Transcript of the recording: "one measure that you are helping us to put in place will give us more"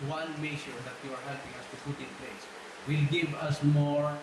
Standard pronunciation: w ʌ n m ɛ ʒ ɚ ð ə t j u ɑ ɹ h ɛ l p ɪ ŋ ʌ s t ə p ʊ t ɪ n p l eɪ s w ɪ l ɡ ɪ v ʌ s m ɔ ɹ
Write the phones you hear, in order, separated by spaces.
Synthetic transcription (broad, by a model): w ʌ n m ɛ ʃ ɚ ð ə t j u ɑ ɹ h ɛ l p ɪ ŋ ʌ s t ə p ʊ t ɪ n p l eɪ s w ɪ l ɡ ɪ v ʌ s m ɔ ɹ